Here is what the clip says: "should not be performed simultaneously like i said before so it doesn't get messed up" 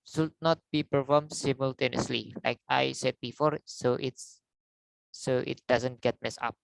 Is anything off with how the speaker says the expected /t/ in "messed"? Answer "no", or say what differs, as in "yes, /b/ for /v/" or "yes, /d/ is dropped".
yes, /t/ is dropped